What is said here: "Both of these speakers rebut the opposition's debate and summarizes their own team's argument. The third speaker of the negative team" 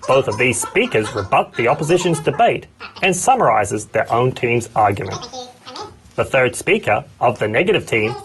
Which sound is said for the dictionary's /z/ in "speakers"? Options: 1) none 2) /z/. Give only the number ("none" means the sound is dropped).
2